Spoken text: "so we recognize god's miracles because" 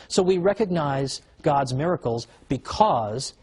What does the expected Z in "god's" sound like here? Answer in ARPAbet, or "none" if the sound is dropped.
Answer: Z